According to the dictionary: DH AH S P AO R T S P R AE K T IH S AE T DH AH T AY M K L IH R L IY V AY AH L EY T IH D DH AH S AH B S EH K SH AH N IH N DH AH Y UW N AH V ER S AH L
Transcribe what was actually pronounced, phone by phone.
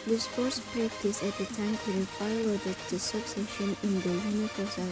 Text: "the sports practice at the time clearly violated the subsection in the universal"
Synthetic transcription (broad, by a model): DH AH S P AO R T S P R AE K T IH S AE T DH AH T AY M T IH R IY F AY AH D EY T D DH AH S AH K S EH SH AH N IH N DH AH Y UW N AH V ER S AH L